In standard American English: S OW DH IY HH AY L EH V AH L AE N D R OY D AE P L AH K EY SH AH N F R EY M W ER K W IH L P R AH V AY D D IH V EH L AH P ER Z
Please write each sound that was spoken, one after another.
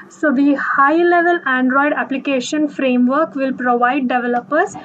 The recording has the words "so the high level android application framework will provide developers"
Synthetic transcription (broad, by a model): S OW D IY HH AY L EH V AH L AE N D R OY D AE P L AH K EY SH AH N F R EY M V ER K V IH L P R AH V AY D D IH V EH L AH P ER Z